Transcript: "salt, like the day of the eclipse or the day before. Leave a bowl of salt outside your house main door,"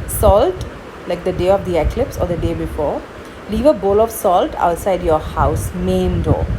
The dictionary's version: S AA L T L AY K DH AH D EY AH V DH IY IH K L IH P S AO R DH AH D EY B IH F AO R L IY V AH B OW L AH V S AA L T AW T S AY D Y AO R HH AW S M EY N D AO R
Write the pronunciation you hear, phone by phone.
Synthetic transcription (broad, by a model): S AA L T L AY K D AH D EY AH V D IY IH K L IH P S AO R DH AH D EY B IH F AO R L IY V AH B OW L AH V S AA L T AW T S AY D Y AO R HH AW S M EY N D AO